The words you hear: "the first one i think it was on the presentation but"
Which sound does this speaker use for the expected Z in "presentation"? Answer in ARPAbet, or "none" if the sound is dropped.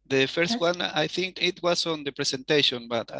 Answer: S